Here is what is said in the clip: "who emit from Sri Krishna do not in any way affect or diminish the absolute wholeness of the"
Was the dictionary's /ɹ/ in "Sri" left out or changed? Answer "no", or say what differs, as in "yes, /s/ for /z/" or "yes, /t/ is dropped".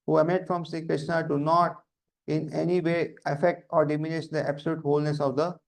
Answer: yes, /ɹ/ is dropped